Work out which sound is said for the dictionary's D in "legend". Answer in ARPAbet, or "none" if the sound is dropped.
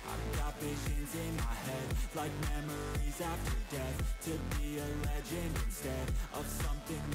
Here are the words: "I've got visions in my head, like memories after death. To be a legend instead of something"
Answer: none